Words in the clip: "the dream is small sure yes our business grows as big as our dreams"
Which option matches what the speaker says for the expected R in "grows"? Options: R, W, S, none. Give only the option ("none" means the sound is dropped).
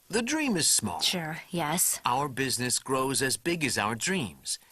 R